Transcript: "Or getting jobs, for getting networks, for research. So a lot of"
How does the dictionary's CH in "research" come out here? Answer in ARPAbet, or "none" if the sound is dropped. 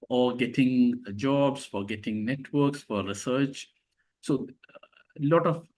CH